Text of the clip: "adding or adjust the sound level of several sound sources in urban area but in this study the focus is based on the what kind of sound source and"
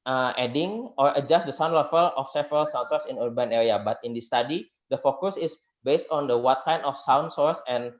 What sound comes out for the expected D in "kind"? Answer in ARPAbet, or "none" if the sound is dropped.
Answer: none